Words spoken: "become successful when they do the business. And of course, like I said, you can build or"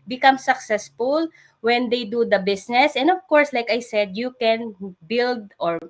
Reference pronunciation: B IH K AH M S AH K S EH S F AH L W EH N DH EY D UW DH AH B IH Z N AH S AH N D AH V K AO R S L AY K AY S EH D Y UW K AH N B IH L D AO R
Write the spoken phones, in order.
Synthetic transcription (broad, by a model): B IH K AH M S AH K S EH S F AH L W EH N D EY D UW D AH B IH S N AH S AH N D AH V K AO R S L AY K AY S EH D Y UW K AH N B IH L D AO R